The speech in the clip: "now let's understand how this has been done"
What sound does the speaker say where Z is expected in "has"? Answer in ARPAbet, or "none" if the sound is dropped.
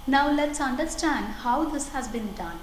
Z